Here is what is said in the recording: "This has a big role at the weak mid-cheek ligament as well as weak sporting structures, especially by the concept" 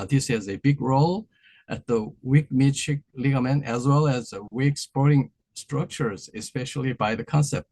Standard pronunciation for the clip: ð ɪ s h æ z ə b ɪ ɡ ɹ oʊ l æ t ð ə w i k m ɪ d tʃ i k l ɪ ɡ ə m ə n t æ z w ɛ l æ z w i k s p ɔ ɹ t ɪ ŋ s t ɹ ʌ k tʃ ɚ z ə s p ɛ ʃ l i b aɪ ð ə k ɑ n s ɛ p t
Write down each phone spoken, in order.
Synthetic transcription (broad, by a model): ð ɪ s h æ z ə b ɪ ɡ ɹ oʊ l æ t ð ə w i k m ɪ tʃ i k l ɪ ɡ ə m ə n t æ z w ɛ l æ z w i k s p ɔ ɹ t ɪ ŋ s t ɹ ʌ k tʃ ɚ z ə s p ɛ ʃ l i b aɪ ð ə k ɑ n s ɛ p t